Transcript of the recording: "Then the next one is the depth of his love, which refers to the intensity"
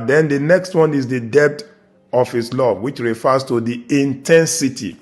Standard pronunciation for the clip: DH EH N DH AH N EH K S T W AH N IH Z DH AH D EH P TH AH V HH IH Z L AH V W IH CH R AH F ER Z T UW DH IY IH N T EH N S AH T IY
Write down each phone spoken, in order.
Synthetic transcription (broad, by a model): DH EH N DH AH N EH K S T W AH N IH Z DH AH D EH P T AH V HH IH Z L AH V W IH CH R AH F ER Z T UW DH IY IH N T EH N S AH T IY